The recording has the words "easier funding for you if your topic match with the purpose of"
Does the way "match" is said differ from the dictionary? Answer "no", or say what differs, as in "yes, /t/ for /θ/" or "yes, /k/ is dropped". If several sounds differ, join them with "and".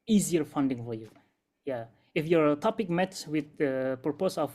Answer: yes, /s/ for /tʃ/